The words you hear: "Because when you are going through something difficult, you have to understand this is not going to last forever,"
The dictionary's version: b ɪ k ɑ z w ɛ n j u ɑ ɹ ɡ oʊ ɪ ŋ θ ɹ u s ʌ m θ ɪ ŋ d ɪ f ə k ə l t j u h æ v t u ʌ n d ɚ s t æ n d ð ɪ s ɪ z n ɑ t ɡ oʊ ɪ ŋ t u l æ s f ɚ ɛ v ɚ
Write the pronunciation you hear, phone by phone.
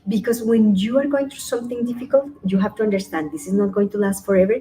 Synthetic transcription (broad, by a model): b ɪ k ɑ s w ɛ n j u ɑ ɹ ɡ oʊ ɪ ŋ t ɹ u s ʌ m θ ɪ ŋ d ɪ f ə k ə l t j u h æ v t u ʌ n d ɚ s t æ n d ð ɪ s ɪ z n ɑ t ɡ oʊ ɪ ŋ t u l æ s f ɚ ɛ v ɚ